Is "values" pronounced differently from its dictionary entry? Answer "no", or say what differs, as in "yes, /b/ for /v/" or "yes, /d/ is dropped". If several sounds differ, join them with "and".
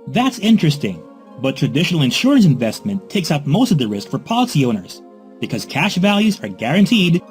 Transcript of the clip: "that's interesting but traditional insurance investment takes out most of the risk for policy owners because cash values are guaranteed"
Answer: no